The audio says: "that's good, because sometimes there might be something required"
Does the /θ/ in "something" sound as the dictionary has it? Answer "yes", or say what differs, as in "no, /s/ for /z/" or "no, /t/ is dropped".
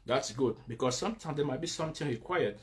no, /t/ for /θ/